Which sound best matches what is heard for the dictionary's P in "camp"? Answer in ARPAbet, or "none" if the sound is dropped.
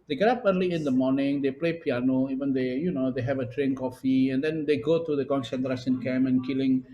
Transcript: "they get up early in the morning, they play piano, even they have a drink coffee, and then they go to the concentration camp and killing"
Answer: none